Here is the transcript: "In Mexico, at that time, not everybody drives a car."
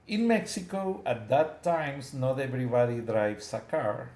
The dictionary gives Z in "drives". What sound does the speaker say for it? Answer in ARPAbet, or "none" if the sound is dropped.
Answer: S